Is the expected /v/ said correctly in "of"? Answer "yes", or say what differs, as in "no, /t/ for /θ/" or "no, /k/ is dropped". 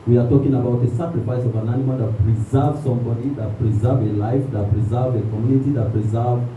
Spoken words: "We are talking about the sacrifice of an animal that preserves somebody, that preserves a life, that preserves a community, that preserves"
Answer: yes